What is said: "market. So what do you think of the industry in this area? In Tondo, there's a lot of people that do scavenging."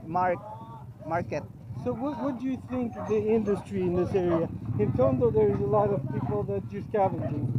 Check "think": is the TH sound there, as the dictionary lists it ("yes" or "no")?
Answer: yes